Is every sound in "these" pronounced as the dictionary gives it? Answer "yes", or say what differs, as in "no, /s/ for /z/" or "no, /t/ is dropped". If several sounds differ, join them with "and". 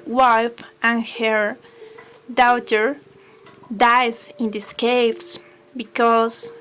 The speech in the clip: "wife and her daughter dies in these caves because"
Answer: no, /s/ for /z/